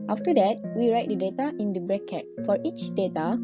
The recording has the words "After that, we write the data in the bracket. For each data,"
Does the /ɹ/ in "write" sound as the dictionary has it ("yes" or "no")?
yes